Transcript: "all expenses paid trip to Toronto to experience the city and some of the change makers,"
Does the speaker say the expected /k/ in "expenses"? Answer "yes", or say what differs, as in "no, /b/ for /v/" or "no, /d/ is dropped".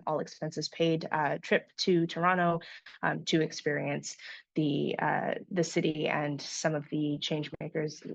yes